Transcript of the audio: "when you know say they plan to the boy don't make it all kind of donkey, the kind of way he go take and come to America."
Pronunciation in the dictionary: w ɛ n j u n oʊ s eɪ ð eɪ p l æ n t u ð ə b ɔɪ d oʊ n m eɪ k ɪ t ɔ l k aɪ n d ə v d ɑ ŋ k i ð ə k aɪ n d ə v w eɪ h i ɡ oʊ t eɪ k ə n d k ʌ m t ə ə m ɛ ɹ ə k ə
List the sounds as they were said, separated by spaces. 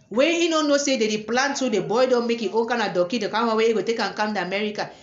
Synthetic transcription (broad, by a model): w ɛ n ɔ n oʊ s eɪ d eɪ p l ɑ n t u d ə b ɔɪ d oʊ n m eɪ k ɪ t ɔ n k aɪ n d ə d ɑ k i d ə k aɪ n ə w eɪ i ɡ oʊ t eɪ k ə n k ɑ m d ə m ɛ ɹ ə k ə